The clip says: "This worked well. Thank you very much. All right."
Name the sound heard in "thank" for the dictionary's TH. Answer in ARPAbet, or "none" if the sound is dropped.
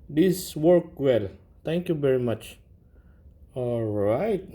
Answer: T